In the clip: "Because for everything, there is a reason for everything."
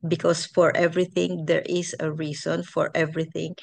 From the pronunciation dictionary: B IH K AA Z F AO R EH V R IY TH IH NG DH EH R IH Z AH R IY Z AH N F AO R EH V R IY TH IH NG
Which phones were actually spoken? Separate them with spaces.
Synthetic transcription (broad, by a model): B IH K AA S F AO R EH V R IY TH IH NG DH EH R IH S AH R IY S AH N F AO R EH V R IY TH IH NG